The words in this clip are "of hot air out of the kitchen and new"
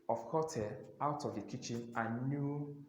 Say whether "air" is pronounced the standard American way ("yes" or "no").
no